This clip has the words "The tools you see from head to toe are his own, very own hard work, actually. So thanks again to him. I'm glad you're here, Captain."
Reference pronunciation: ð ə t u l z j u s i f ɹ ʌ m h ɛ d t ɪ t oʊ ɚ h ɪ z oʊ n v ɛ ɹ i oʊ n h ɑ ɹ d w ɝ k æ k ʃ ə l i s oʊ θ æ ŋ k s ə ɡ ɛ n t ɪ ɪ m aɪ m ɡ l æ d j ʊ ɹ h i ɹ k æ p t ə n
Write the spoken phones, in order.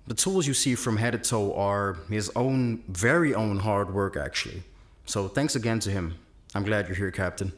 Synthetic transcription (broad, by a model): ð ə t u l z j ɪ s i f ɹ ʌ m h ɛ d t ɪ t oʊ ɚ h ɪ z oʊ n v ɛ ɹ i oʊ n h ɑ ɹ d w ɝ k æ k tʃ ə l i s oʊ θ æ ŋ k s ə ɡ ɛ n t ɪ ɪ m aɪ m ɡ l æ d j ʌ ɹ h i ɹ k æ p t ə n